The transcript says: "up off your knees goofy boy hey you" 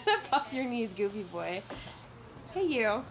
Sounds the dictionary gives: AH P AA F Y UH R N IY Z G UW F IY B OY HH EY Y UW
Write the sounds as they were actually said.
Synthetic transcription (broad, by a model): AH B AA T Y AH R N IY Z G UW P IY B OY HH EY Y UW